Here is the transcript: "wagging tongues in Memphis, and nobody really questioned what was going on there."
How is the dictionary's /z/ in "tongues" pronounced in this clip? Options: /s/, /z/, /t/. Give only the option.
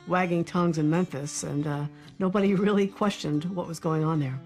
/z/